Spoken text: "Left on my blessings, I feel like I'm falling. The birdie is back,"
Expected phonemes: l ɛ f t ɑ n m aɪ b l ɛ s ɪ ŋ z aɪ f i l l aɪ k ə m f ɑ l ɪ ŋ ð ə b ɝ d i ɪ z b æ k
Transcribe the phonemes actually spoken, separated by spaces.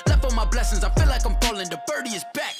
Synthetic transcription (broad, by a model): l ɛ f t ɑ m aɪ b l ɛ s ɪ ŋ z aɪ f i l l aɪ k ə m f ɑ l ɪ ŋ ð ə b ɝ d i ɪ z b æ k